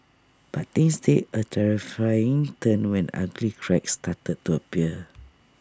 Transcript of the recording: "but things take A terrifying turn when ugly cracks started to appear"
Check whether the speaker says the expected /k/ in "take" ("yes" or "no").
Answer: no